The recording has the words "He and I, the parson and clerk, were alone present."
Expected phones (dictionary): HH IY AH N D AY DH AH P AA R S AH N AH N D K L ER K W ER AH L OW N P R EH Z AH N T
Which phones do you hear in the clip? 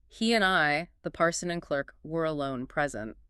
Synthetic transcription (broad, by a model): HH IY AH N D AY DH AH P AA R S AH N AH N K L ER K W ER AH L OW N P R EH Z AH N T